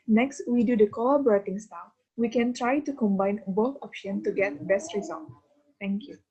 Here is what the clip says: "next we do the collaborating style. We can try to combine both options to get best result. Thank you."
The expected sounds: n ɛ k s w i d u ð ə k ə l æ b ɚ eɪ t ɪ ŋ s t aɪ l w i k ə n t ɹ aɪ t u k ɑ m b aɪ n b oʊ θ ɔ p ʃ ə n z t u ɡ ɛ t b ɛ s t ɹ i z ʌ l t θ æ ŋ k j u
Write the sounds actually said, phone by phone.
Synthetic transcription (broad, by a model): n ɛ k s w i d u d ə k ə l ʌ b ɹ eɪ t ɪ ŋ s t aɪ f w i k ə n t ɹ aɪ t u k ɑ m b aɪ n b oʊ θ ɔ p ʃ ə n t u ɡ ɛ t b ɛ s t ɹ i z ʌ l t t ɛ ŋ k j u